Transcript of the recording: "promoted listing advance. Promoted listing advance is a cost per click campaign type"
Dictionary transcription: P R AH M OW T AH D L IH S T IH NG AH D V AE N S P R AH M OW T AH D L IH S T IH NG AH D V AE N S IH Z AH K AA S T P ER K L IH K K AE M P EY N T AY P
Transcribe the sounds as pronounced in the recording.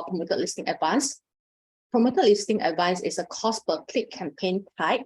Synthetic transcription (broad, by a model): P R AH M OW T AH L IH S T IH NG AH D V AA N S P R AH M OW T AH L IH S T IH NG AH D V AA N S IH S AH K AA S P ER K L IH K K AE M P EY N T AY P